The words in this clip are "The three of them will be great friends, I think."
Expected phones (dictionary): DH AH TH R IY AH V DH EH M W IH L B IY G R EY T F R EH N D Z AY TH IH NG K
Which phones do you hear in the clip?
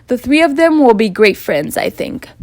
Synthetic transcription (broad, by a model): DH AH TH R IY AH V DH EH M W IH L B IY G R EY T F R EH N D Z AY TH IH NG K